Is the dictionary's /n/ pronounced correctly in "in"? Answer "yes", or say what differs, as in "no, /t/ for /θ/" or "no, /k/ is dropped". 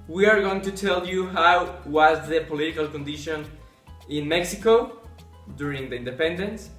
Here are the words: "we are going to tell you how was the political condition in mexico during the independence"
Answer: yes